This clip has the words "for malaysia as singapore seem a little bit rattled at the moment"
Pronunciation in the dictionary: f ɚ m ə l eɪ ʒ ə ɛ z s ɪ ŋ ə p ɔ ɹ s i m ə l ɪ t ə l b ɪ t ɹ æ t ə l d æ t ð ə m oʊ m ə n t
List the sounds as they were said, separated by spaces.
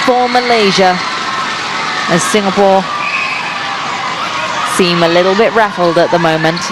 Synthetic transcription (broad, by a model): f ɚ m ə l eɪ ʒ ə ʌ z s ɪ ŋ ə p ɔ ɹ s i m ə l ɪ t l b ɪ t ɹ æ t l d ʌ t ð ə m oʊ m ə n t